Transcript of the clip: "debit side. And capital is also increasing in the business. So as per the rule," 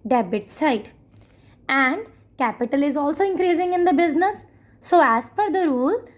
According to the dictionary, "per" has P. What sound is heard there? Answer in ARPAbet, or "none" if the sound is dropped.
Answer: F